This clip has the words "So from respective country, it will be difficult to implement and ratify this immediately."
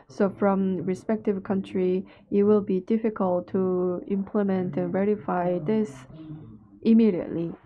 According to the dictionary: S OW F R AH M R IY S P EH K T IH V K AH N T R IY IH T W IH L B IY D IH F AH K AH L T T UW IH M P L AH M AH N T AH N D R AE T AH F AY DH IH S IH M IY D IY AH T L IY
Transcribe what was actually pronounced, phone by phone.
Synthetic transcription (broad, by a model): S OW F R AH M R IY S P EH K T IH V K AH N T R IY IH T W IH L B IY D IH F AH K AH L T T UW IH M P L AH M AH N T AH N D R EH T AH F AY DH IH S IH M IY D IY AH T L IY